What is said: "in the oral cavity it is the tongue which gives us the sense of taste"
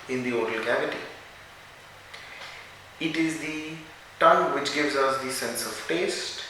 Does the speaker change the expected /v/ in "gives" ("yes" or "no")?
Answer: no